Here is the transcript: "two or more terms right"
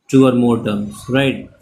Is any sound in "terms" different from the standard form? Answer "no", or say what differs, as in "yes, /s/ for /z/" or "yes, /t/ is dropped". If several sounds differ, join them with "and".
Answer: yes, /z/ is dropped